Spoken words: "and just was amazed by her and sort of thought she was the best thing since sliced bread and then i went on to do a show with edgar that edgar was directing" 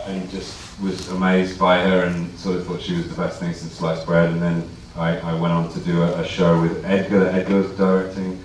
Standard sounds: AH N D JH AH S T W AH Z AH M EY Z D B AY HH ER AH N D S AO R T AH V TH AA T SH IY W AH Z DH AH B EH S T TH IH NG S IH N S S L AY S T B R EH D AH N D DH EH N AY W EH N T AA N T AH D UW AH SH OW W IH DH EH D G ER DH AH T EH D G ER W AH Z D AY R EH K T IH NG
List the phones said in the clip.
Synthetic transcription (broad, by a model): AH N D JH AH S T W AH Z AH M EY Z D B AY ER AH N S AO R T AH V TH AA T SH IY W AH Z DH AH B EH S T TH IH NG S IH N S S L AY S B R EH D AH N DH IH N AY W EH N T N T AH D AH AH SH OW W IH DH EH D G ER DH AH T EH D G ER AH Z D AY R EH K T IH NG